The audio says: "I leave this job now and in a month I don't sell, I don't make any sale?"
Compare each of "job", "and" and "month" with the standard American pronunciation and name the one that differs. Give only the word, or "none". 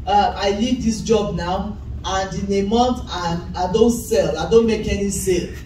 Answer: month